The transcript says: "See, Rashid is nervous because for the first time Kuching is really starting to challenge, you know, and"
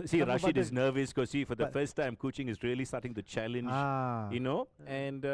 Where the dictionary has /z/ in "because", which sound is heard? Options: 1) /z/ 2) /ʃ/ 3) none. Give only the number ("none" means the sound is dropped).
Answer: 3